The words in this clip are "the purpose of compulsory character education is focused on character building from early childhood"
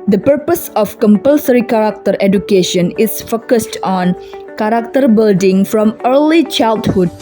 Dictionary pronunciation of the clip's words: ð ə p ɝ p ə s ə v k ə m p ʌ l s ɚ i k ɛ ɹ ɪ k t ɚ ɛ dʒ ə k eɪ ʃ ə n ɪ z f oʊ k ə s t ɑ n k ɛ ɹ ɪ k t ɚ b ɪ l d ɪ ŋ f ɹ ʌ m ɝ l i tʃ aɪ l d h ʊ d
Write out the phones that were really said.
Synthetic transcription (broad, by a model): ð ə p ɝ p ə s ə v k ə m p ʌ l s ɚ i k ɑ ɹ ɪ k t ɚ ɛ dʒ ə k eɪ ʃ ə n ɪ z f oʊ k ə s t ɑ n k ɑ ɹ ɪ k t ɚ b ɪ l d ɪ ŋ f ɹ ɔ m ɝ l i tʃ aɪ l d h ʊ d